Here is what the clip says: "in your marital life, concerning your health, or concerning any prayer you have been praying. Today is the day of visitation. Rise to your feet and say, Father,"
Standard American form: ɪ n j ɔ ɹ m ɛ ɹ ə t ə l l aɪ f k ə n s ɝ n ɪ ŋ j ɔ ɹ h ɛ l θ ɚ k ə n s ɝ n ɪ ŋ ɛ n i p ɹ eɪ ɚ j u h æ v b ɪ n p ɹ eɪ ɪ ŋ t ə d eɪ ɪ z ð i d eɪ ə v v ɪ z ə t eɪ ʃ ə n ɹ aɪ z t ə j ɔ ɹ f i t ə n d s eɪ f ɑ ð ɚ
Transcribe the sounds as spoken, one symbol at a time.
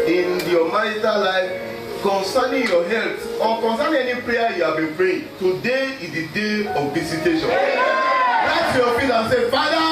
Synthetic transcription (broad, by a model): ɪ n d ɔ m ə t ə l l aɪ f k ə n s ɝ n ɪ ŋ j ɔ h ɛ l t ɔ k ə n s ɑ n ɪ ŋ ɛ n i p ɹ eɪ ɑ j u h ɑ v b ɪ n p ɹ eɪ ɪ t ə d eɪ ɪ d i d eɪ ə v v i s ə t eɪ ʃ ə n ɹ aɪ t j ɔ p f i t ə s eɪ f ɑ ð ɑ